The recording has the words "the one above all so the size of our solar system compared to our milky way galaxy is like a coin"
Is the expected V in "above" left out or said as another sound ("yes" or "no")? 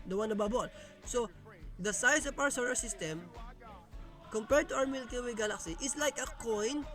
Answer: yes